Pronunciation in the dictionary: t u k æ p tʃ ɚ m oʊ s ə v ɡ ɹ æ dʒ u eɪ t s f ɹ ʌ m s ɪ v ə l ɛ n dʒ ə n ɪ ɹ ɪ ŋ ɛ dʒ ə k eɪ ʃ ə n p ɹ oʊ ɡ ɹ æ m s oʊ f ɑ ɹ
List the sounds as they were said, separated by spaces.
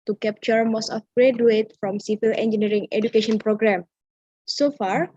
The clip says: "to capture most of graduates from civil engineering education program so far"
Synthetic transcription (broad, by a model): t u k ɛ p tʃ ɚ m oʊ s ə f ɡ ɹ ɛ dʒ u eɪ t f ɹ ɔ m s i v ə l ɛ n dʒ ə n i ɹ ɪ ŋ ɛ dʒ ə k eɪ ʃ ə n p ɹ oʊ ɡ ɹ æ m s oʊ f ɑ ɹ